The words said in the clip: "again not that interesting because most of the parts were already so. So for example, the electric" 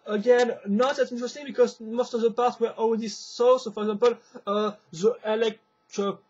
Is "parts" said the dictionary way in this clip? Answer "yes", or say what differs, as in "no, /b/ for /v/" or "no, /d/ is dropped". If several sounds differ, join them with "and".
no, /s/ is dropped